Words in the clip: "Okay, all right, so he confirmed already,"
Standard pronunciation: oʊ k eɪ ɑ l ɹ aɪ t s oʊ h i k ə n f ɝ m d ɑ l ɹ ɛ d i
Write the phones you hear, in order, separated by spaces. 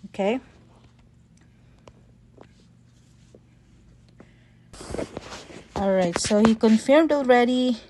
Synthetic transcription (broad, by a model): oʊ k eɪ ɑ l ɹ aɪ t s oʊ h i k ə n f ɝ m d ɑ l ɹ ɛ d i